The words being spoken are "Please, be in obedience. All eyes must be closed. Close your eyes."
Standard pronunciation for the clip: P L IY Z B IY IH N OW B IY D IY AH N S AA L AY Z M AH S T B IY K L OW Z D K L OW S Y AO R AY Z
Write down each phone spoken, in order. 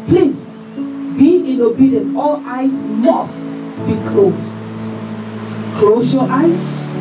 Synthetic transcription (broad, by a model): P L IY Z B IY IH N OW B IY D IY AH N AA L AY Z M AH S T B IY K L OW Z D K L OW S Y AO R AY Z